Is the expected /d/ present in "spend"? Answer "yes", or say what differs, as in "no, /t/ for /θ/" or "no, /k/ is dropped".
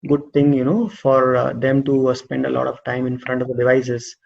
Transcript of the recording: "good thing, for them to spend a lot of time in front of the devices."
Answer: yes